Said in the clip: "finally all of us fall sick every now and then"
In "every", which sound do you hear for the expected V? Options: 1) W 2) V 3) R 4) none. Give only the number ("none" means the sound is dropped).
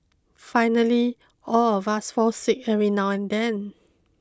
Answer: 4